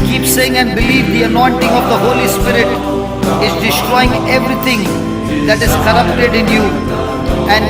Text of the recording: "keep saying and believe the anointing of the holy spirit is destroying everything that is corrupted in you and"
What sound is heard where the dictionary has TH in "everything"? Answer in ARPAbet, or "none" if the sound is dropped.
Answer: T